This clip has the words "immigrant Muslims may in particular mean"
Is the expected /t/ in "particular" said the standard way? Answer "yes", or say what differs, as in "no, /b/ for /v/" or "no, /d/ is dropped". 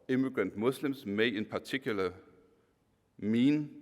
no, /s/ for /t/